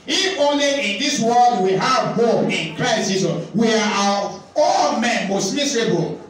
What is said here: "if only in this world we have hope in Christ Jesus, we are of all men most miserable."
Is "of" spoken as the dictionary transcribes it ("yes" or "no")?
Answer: no